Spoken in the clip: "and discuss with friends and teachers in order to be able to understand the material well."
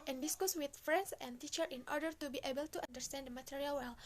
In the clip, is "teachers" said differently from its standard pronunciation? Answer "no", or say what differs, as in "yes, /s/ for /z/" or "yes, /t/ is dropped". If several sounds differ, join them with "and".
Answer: yes, /z/ is dropped